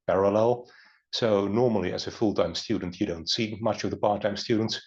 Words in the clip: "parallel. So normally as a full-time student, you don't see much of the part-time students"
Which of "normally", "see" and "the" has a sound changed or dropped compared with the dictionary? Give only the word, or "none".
none